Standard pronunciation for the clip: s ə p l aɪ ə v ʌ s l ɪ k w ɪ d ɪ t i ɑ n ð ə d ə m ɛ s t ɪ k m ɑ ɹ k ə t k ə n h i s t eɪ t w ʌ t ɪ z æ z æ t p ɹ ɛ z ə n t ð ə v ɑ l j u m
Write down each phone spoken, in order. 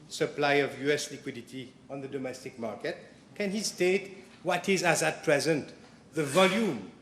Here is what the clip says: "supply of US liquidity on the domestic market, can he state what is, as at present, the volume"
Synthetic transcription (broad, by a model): s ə p l aɪ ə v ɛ s l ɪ k w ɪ d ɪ t i ɑ n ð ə d ə m ɛ s t ɪ k m ɑ ɹ k ə t k ə n h i s t eɪ t w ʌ t ɪ z æ z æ t p ɹ ɛ z ə n t ð ə v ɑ l j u m